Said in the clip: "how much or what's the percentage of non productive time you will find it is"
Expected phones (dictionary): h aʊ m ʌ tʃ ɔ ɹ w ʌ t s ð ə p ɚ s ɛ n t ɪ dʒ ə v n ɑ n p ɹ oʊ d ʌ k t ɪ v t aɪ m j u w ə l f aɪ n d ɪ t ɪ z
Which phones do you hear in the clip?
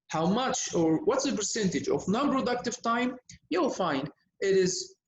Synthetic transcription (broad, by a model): h aʊ m ʌ tʃ ɔ ɹ w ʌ t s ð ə p ɚ s ɛ n t ɪ dʒ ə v n ɑ n p ɹ oʊ d ʌ k t ɪ v t aɪ m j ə f aɪ n ɪ t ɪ z